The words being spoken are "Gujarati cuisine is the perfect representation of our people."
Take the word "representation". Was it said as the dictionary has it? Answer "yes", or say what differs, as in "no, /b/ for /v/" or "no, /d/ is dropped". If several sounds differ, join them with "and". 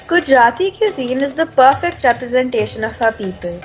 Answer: yes